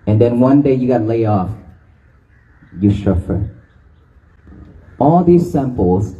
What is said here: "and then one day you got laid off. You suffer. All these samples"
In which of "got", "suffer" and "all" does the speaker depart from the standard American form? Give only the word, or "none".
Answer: suffer